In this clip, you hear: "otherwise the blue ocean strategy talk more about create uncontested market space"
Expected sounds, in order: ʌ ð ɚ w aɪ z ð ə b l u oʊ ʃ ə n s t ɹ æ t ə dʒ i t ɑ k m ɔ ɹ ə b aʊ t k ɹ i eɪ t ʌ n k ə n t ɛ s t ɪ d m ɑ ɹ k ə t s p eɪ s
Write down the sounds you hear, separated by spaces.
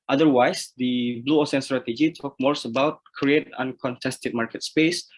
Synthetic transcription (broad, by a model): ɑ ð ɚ w aɪ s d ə b l u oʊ s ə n s t ɹ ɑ t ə dʒ i t ɑ k m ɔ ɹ ə b aʊ t k ɹ i eɪ t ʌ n k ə n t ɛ s t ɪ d m ɑ ɹ k ə t s p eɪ s